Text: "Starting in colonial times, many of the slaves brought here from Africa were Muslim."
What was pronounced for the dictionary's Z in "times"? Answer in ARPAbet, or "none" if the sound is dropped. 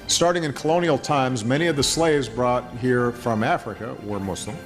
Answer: Z